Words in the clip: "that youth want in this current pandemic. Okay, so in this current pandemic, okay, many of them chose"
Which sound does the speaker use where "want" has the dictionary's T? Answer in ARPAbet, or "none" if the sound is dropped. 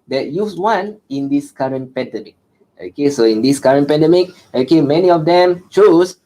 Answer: none